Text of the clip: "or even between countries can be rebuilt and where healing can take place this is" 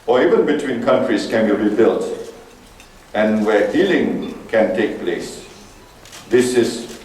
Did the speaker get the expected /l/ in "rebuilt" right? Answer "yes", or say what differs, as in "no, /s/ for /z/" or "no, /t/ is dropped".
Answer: yes